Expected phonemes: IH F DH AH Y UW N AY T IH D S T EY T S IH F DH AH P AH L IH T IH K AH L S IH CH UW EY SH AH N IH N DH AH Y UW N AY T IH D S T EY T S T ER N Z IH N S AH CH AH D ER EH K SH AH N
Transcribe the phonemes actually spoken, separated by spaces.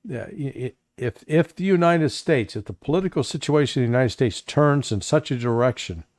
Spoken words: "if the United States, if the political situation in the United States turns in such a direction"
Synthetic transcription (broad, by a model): IH F DH AH Y UW N AY T IH D S T EY T S IH F DH AH P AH L IH T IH K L S IH CH UW EY AH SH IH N DH AH Y UW N AY T IH D S T EY T S T ER N Z IH N S AH CH AH D ER EH K SH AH N